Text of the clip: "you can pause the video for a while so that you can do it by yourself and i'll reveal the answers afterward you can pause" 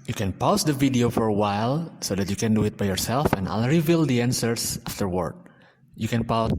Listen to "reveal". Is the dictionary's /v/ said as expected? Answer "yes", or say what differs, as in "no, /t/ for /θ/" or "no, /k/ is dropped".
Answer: yes